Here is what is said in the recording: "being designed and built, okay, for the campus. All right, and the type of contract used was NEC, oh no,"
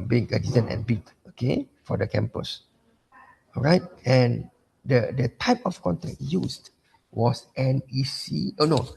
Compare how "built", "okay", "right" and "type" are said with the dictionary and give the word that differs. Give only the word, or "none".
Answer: built